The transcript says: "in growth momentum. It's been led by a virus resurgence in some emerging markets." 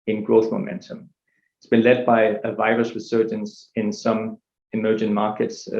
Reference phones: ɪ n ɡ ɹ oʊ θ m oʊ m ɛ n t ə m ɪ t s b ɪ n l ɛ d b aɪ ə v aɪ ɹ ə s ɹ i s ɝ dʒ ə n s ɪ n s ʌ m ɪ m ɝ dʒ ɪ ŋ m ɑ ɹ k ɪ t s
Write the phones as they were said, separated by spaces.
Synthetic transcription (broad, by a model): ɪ n ɡ ɹ oʊ θ m oʊ m ɛ n t ə m ɪ t s b ɪ n l ɛ d b aɪ ə v aɪ ɹ ə s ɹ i s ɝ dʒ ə n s ɪ n s ʌ m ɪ m ɝ dʒ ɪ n m ɑ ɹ k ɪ t s